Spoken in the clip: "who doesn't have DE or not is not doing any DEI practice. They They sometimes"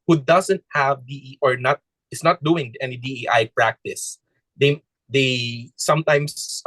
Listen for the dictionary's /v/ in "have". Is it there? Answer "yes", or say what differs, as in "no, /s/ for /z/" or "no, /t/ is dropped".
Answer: yes